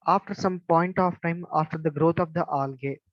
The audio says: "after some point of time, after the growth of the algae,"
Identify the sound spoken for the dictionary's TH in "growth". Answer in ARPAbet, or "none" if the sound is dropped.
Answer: T